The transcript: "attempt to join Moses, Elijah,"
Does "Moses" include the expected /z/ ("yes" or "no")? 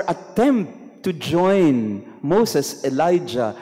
no